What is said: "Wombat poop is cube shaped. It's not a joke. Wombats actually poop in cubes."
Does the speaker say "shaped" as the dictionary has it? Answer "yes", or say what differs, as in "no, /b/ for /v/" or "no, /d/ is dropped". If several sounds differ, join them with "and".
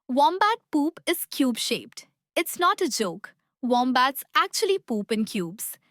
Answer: yes